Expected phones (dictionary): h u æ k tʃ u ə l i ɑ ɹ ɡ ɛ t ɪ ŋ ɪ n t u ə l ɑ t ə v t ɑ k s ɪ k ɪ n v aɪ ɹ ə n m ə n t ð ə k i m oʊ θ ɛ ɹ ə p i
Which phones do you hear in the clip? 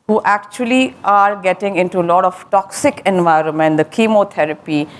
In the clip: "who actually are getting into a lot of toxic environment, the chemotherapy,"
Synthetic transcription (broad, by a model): h u æ k tʃ u ə l i ɑ ɹ ɡ ɛ t ɪ ŋ ɪ n t u ə l ɑ t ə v t ɑ k s ɪ k ɪ n v aɪ ɹ ə n m ə n t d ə k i m oʊ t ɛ ɹ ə p i